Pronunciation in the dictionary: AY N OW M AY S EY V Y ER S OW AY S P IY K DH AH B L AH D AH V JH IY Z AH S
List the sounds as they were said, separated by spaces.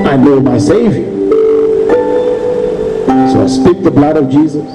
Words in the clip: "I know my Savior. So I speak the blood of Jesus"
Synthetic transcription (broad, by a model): AY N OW M AY S EY V Y ER S OW AY S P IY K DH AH B L AH D AH V JH IY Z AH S